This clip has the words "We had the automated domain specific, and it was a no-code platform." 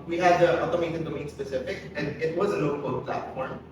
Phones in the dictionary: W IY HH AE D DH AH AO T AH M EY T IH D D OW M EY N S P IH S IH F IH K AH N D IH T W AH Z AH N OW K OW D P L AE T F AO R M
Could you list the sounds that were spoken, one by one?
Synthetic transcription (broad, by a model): W IY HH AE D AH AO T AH M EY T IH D D OW M EY N S P IH S IH F IH K AH N D IH T W AH Z AH N OW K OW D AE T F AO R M